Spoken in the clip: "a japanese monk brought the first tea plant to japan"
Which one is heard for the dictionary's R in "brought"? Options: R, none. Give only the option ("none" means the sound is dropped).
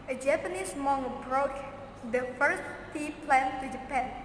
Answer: R